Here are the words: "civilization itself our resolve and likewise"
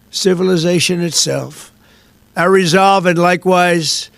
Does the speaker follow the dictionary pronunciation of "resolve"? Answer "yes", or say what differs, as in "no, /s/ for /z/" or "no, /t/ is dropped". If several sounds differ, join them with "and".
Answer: yes